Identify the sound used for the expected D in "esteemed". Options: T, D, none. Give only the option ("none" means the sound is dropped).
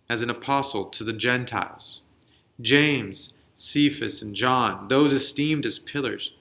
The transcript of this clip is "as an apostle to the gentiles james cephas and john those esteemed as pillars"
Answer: D